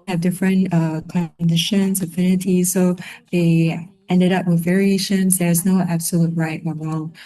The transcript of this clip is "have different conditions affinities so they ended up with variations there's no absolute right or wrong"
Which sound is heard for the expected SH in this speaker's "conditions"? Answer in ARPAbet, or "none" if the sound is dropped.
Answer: SH